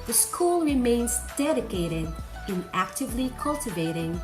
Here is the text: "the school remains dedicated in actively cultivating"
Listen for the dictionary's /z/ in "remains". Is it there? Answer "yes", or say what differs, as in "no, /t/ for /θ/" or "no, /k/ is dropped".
yes